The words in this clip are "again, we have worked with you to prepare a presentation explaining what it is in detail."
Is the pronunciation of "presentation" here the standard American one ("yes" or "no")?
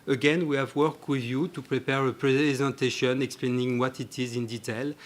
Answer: yes